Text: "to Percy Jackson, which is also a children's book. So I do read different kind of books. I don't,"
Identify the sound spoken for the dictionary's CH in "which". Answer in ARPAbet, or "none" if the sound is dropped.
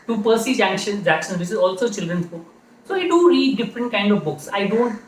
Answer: S